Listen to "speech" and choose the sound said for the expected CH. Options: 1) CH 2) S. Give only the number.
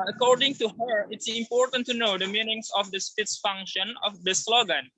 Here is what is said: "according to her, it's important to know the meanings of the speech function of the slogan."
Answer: 2